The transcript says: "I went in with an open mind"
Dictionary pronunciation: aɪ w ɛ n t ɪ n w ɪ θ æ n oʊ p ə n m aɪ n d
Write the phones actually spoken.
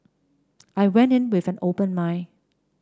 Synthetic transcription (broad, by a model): aɪ w ɛ n t ɪ n w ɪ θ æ n oʊ p ə n m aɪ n